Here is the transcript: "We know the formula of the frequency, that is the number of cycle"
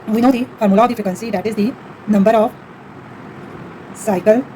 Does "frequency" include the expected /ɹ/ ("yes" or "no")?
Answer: no